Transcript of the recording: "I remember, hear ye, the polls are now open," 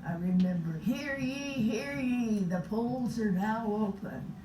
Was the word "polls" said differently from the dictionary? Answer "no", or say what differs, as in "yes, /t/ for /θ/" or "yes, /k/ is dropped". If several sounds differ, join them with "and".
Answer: no